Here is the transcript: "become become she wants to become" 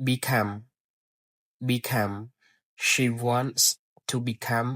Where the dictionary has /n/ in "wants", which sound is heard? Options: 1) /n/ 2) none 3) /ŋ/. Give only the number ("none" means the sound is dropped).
1